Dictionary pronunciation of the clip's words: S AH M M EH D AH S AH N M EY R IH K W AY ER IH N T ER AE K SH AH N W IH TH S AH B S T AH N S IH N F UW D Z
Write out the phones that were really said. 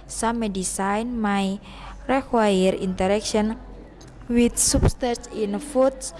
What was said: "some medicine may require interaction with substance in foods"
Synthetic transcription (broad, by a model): S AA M M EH D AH S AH N M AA R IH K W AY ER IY N T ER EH K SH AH N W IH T S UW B S T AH S IH N F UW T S